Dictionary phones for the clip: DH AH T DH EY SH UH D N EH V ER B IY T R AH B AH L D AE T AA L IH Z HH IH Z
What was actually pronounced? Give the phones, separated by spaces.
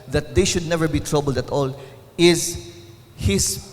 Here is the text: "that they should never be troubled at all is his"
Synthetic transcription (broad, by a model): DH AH T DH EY SH UH D N EH V ER B IY T R AH B AH L D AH T AA L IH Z HH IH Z